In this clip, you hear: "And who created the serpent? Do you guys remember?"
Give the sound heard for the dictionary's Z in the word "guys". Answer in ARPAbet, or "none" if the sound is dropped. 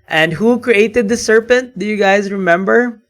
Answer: Z